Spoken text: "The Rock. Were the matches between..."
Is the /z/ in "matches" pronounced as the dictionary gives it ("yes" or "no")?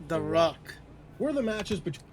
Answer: yes